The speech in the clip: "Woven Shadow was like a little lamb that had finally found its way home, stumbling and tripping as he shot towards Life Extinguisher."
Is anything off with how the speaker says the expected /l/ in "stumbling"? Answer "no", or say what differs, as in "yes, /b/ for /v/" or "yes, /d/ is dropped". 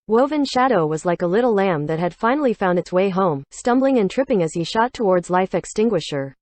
no